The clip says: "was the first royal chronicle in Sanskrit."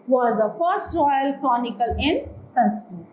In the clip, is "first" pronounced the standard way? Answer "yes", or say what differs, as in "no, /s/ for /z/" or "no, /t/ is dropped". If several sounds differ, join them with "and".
yes